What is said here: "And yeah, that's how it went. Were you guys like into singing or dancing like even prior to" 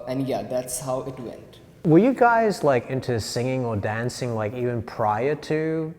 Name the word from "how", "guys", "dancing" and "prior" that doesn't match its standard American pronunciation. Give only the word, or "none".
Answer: none